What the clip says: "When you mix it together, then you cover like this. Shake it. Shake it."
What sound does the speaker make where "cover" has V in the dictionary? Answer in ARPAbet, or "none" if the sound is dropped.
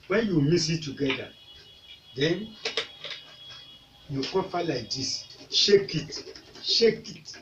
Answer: P